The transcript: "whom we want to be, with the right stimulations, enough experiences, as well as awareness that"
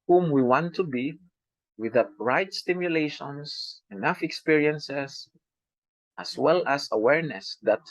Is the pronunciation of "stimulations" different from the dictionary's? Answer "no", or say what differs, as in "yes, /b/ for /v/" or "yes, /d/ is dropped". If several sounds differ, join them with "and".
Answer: yes, /s/ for /z/